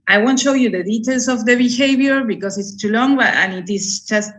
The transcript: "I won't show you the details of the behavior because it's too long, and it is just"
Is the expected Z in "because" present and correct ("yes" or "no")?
no